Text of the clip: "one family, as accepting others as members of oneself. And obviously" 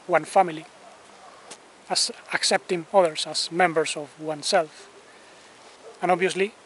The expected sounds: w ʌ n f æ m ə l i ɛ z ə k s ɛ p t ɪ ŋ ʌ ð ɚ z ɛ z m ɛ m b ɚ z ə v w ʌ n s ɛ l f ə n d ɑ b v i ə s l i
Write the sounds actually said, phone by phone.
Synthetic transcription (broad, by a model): w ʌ n f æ m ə l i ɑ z ə k s ɛ p t ɪ ŋ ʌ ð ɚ s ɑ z m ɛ m b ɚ s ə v w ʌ n s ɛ l f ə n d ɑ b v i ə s l i